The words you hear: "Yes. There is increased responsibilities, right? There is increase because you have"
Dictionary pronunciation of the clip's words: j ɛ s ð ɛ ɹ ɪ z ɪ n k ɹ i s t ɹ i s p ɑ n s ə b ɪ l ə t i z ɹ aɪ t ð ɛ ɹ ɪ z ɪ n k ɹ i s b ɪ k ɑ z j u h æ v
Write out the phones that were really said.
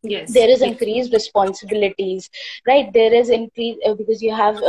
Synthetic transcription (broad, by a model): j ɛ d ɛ ɹ ɪ z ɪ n k ɹ i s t ɹ i s p ɑ n s ə b ɪ l ə t i z ɹ aɪ t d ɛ ɹ ɪ z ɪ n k ɹ i b ɪ k ɑ z j u h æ v